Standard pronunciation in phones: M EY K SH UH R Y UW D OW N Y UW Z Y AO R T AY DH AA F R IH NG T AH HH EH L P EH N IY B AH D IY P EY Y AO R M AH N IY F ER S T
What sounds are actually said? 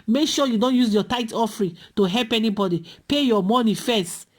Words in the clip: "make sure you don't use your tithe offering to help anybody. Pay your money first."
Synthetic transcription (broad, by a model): M EY K SH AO Y UW D OW N Y UW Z Y AO T AY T AA F R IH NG T AH HH EH L P EH N IY B AH D IY P EY Y AO M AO N IY F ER S T